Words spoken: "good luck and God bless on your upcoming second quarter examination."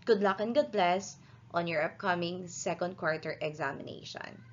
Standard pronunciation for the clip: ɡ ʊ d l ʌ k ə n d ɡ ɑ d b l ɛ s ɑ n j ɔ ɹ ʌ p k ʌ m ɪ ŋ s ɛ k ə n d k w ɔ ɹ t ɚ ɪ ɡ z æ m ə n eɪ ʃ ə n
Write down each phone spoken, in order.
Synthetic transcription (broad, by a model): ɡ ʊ d l ʌ k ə n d ɡ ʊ d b l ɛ s ɑ n j ɔ ɹ ʌ p k ʌ m ɪ ŋ s ɛ k ə n d k w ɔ ɹ t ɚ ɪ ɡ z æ m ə n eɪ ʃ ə n